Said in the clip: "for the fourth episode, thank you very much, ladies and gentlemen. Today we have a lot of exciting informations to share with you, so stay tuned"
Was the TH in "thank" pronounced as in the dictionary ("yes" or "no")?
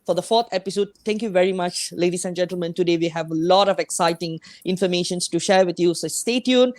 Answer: no